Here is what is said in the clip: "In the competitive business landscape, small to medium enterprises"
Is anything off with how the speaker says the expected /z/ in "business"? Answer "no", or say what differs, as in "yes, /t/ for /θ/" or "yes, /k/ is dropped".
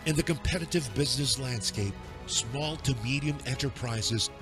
no